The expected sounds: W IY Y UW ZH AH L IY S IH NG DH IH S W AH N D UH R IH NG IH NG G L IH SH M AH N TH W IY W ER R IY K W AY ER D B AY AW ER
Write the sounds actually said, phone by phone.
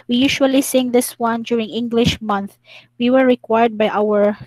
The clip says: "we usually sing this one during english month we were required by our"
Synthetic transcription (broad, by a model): W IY Y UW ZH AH L IY S IH NG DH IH S W AH N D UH R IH NG IH NG G L IH SH M AH N TH W IY W ER R IY K W AY ER D B AY AW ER